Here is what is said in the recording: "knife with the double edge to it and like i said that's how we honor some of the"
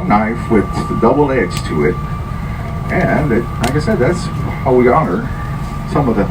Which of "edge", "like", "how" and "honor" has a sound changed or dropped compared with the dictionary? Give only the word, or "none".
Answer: edge